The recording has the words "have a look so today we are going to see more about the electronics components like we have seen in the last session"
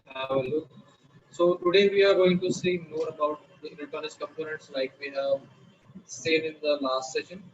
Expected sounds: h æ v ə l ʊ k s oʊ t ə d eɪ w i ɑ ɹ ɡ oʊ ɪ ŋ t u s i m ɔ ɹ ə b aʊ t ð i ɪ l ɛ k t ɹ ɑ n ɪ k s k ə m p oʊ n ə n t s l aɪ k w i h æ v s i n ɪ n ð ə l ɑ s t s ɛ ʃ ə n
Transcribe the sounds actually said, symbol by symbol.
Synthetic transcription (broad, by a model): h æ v ə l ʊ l s oʊ t ə d eɪ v i ɑ ɹ ɡ oʊ ɪ ŋ t u s i m ɔ ɹ ə b aʊ t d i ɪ n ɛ t ɑ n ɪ s k ə m p oʊ n ə n t s l aɪ k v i h æ v s i n ɪ n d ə l ɑ s t s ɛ ʃ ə n